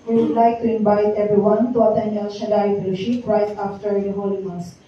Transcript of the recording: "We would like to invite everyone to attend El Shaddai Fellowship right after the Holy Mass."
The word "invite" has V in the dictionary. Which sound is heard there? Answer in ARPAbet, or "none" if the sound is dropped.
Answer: B